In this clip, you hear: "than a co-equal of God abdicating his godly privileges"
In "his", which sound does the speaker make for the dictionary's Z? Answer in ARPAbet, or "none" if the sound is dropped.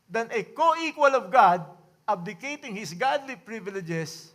S